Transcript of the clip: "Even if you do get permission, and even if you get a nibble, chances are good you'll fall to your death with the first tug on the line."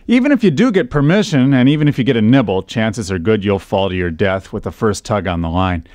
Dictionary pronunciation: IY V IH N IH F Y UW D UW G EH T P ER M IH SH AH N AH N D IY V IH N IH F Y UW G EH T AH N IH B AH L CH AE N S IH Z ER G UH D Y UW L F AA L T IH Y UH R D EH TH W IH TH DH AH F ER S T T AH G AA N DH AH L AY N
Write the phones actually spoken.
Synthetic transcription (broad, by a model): IY V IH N IH F Y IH D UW G EH T P ER M IH SH AH N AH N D IY V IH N IH F Y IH G EH T AH N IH B L CH AE N S IH Z ER G UH D Y UW L F AA L T IH Y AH R D EH TH W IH DH AH F ER S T T AH G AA N DH AH L AY N